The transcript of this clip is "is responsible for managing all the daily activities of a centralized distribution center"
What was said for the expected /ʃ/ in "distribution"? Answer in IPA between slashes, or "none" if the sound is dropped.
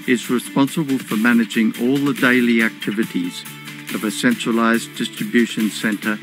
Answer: /ʃ/